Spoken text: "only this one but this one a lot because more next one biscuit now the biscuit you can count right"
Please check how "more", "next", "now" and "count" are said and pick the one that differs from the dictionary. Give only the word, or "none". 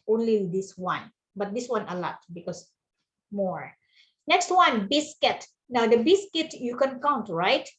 none